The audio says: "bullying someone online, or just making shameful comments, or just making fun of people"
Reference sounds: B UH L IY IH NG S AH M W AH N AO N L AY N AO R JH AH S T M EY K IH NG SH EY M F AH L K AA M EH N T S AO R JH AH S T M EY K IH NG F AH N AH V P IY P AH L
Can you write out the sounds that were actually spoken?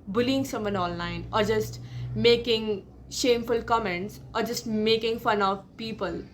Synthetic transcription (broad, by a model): B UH L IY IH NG S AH M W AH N AO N L AY N AO R JH AH S T M EY K IH NG SH EY M F AH L K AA M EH N T S AO R JH AH S T M EY K IH NG F AH N AH V P IY P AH L